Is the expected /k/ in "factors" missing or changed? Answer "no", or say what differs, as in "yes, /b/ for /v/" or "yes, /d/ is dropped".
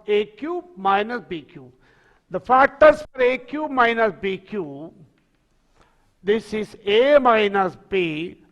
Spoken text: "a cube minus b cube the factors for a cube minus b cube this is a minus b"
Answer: yes, /k/ is dropped